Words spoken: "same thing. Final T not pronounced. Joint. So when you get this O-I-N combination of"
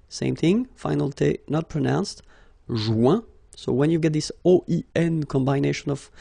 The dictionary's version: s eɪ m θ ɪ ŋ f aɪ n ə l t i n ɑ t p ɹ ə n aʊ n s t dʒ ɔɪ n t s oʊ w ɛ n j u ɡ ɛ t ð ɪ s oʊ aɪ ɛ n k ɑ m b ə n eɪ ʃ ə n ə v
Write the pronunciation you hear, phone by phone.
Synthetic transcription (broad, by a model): s eɪ m θ ɪ ŋ f aɪ n ə l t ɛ n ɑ t p ɹ ə n aʊ n s t ʒ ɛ s oʊ w ɛ n j u ɡ ɛ t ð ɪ s oʊ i ɛ n k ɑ m b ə n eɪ ʃ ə n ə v